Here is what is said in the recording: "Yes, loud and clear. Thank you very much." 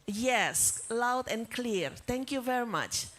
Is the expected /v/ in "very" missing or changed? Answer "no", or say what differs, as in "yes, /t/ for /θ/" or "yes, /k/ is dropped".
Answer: no